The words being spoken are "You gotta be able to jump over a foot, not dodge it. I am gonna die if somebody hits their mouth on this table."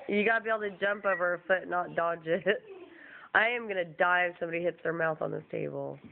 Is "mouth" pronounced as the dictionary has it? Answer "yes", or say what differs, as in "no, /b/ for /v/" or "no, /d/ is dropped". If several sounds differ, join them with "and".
yes